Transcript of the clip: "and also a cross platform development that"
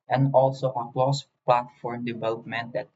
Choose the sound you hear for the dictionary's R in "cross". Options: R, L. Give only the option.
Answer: L